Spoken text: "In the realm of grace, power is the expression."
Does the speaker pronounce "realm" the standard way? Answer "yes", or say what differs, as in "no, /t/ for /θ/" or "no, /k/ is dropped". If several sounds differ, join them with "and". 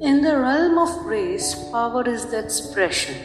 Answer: yes